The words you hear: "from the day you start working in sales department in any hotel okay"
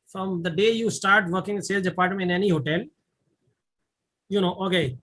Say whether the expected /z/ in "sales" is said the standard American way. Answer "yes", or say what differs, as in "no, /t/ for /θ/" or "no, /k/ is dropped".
no, /z/ is dropped